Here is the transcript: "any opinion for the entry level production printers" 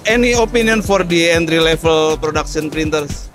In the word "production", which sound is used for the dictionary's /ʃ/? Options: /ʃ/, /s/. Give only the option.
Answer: /s/